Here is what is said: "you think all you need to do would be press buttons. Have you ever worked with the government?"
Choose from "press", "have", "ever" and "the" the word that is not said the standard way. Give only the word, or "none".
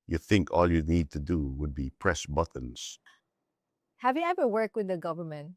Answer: none